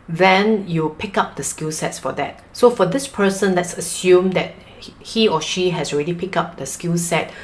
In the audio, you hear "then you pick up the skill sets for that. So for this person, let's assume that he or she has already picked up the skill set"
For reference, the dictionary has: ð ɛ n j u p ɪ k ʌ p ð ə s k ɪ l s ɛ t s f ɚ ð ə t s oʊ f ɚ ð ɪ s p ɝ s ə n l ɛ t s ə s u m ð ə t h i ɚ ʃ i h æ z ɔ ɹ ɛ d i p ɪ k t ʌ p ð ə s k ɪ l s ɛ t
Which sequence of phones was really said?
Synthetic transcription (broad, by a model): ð ɛ n j u p ɪ k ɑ p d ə s k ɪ l s ɛ t s f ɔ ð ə t s oʊ f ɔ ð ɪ s p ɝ s ə n l ɛ t s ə s u m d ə t h i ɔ ʃ i h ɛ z ɔ ɹ ɛ d i p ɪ k ɑ p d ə s k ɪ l s ɛ t